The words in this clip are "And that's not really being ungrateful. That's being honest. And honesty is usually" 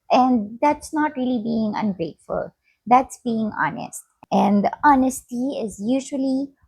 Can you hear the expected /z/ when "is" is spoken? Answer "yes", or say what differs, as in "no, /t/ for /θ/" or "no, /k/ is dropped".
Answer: yes